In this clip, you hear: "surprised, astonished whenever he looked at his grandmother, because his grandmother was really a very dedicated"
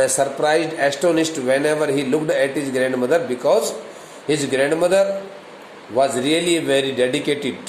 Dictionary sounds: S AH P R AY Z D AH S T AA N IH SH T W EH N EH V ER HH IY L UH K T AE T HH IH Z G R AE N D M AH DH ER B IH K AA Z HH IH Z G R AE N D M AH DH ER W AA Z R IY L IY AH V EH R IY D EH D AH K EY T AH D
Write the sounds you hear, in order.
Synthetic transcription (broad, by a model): S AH P R AY Z D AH S T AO N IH S T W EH N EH V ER HH IY L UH K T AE T HH IH Z G R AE N D M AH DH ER B IH K AA Z HH IH Z G R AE N D M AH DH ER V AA Z R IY L IY V EH R IY D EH D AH K EY T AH D